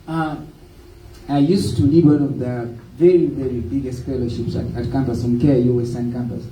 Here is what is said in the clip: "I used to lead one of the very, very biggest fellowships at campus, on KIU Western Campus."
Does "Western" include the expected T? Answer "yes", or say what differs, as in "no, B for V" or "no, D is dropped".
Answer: no, S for T